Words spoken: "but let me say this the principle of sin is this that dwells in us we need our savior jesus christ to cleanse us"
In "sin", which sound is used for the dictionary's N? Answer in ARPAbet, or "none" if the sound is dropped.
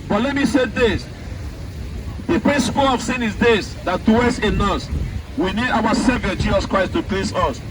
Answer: N